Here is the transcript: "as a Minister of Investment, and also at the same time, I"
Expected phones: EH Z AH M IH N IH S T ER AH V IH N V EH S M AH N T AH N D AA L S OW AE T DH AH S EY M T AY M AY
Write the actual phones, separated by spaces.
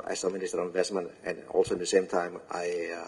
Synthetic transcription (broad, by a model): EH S AH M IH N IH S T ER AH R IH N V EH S M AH N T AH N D AA L S OW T DH AH S EY M T AY M AY